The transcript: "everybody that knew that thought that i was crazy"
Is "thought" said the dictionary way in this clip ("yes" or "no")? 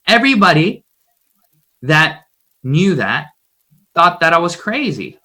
yes